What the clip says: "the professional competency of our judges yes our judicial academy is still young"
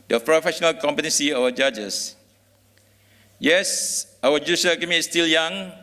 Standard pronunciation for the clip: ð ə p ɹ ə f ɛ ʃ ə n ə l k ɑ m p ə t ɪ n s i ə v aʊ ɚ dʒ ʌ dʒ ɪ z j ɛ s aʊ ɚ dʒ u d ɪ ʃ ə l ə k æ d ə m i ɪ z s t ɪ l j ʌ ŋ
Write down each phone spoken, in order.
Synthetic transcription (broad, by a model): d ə p ɹ ə f ɛ ʃ ə n ə l k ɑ m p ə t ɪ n s i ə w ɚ dʒ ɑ dʒ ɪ s j ɛ s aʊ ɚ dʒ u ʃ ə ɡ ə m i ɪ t s t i l j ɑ ŋ